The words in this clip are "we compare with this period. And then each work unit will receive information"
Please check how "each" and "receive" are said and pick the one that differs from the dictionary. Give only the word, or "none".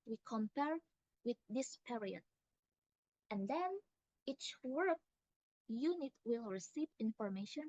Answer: none